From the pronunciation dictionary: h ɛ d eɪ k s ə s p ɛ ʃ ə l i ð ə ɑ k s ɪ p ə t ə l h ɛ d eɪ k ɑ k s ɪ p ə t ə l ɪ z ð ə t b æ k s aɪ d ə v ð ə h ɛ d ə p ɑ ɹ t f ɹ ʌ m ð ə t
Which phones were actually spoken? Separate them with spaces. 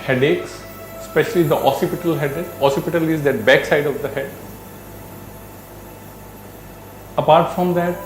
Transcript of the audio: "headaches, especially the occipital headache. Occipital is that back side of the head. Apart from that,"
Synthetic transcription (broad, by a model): h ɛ d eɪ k s s p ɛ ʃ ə l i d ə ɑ s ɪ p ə t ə l h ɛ d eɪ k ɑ s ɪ p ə t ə l ɪ z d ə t b æ k s aɪ d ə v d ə h ɛ d ə p ɑ ɹ t f ɹ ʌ m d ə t